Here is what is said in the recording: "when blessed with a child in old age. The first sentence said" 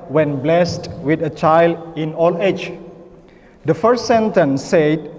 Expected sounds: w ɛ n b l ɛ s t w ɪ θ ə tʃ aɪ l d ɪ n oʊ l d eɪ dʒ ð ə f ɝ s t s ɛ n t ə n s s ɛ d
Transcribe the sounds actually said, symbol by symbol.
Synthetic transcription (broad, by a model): w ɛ n b l ɛ s t w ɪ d ə tʃ aɪ l d ɪ n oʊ l eɪ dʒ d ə f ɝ s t s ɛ n t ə n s s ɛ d